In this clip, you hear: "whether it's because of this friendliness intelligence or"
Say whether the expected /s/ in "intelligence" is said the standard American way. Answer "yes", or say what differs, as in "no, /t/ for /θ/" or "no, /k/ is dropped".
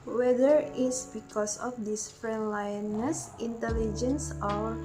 yes